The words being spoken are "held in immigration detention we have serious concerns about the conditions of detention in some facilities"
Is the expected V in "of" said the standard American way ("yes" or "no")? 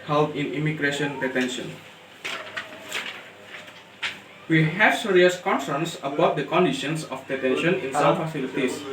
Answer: no